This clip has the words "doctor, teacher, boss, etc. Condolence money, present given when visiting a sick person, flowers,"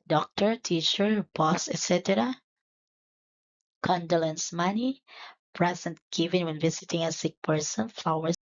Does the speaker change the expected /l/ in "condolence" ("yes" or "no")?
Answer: no